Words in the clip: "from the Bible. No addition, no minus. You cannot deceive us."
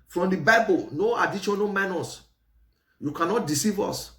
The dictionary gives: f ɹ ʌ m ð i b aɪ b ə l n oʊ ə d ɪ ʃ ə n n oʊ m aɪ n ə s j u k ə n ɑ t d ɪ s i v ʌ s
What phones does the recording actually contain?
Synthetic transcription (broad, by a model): f ɹ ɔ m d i b aɪ b ə l n oʊ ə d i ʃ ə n n oʊ m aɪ n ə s j u k ə n ɑ t d ɪ s i v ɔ s